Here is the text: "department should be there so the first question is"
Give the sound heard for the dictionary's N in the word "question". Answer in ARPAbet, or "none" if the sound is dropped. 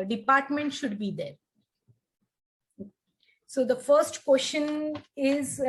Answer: N